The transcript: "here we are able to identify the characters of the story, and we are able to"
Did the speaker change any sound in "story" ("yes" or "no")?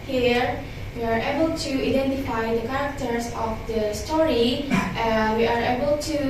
no